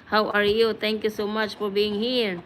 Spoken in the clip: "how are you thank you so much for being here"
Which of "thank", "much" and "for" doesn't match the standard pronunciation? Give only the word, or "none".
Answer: thank